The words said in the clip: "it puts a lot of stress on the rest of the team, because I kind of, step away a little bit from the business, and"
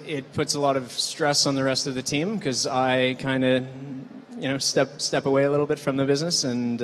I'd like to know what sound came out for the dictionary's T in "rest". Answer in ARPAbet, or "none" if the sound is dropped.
T